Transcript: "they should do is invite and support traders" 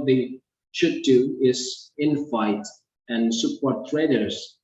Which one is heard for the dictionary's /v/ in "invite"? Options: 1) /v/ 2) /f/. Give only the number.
2